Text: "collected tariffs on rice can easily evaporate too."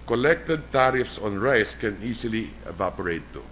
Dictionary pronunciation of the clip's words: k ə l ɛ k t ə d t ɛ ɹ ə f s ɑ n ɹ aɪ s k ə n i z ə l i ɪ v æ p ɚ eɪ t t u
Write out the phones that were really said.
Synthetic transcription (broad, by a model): k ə l ɛ k t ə d t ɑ ɹ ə f s ɑ n ɹ aɪ s k ə n i s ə l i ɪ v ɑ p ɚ eɪ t t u